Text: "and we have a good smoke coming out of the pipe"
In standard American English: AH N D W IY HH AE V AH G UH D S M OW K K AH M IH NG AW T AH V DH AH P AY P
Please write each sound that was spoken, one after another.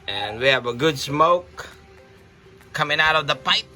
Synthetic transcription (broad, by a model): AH N W IY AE V AH G UH D S M OW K K AH M IH NG AW T AH V DH AH P AY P